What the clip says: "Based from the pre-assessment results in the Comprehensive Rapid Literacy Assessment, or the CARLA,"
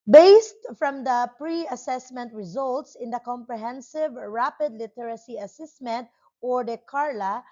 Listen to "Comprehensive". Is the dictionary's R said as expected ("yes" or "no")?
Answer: yes